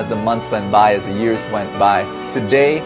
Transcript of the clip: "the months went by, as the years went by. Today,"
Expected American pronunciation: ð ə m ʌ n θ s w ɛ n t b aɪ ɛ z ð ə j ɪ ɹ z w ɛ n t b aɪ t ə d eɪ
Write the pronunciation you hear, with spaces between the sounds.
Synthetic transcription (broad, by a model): ð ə m ʌ n θ s w ɛ n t b aɪ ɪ z ð ə j ɪ ɹ z w ɛ n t b aɪ t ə d eɪ